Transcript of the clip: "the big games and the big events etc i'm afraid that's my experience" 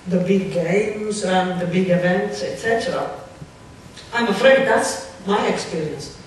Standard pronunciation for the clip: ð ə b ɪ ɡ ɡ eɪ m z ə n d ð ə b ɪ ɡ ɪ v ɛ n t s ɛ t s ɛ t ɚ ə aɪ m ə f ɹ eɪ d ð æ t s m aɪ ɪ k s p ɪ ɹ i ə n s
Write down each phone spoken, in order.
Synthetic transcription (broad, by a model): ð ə b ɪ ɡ ɡ eɪ m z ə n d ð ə b ɪ ɡ ɪ v ɛ n t s ɛ t s ɛ t ɚ ə aɪ m ə f ɹ eɪ d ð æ t s m aɪ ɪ k s p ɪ ɹ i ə n s